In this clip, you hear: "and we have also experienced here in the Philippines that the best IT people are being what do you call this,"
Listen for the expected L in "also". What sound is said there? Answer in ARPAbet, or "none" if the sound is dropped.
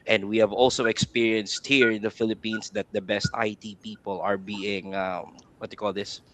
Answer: L